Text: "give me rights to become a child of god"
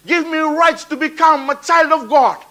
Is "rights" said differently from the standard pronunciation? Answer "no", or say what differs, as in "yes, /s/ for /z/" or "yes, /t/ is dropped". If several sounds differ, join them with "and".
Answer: no